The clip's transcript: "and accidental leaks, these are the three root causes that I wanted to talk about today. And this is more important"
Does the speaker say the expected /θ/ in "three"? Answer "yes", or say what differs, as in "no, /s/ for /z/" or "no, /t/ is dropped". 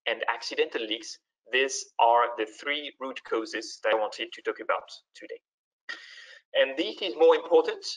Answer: yes